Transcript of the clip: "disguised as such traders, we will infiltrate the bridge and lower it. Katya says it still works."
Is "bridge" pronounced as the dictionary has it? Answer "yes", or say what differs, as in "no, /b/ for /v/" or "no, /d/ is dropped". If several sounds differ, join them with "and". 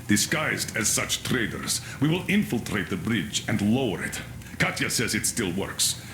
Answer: yes